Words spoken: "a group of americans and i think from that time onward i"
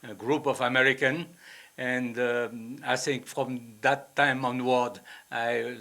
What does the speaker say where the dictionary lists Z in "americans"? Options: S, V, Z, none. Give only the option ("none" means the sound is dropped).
none